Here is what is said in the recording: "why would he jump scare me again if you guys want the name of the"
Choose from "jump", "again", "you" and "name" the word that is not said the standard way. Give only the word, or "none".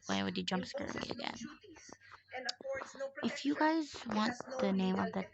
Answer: none